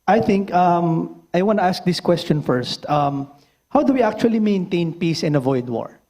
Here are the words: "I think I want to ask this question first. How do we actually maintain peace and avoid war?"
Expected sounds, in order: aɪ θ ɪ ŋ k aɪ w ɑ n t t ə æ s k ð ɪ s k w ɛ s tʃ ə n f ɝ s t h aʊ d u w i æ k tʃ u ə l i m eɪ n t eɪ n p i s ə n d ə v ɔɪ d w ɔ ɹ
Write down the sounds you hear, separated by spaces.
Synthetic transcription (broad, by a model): aɪ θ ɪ ŋ k aɪ w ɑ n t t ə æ s k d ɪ s k w ɛ s tʃ ə n f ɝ s t h aʊ d u w i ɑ k tʃ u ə l i m eɪ n t eɪ n p i s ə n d ə v ɔɪ d w ɔ ɹ